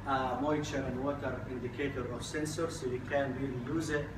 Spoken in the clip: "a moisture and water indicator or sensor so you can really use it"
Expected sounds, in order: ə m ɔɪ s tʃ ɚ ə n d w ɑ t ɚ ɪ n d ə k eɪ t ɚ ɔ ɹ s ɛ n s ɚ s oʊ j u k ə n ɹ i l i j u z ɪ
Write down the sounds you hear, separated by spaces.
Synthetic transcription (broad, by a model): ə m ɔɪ tʃ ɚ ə n w ɑ t ɚ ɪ n d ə k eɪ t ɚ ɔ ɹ s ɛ n s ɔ s oʊ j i k ə n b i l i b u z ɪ